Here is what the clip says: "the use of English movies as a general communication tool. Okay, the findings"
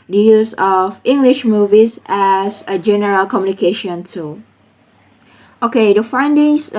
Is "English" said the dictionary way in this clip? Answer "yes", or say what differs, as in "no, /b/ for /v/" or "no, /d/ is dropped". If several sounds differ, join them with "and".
yes